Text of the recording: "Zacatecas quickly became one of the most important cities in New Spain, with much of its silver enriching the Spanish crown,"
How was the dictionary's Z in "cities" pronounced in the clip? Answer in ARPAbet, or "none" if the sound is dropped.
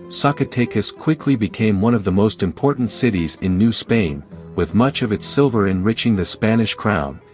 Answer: Z